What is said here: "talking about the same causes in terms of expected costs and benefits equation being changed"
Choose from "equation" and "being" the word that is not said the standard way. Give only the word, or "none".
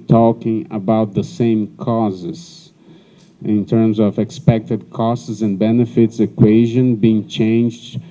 none